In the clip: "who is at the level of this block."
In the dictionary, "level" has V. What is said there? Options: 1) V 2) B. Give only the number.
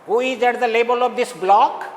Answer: 2